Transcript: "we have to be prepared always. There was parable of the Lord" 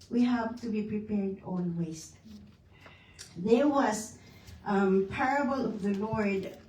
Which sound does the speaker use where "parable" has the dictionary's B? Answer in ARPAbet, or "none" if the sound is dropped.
B